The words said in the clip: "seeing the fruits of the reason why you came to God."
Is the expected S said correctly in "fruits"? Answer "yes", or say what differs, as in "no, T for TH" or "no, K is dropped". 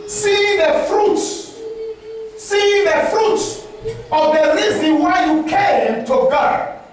no, S is dropped